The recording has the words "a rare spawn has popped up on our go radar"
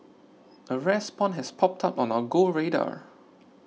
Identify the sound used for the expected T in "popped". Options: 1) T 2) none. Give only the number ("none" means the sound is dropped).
1